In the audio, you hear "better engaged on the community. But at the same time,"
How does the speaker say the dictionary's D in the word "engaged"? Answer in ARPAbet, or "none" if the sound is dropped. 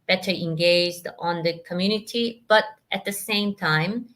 D